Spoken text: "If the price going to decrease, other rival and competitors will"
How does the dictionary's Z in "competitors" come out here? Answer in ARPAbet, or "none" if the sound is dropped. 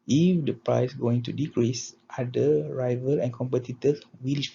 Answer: none